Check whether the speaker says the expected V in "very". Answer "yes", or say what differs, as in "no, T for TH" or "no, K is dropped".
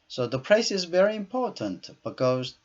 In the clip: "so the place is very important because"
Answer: yes